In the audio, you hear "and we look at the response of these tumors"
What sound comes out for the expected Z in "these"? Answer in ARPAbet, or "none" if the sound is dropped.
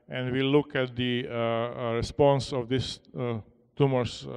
S